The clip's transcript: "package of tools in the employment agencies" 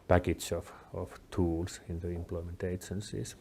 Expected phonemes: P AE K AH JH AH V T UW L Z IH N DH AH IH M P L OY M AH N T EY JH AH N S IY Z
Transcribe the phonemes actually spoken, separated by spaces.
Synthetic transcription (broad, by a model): P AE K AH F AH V T UW L S IH N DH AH IH M P L OY M AH N T EY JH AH N S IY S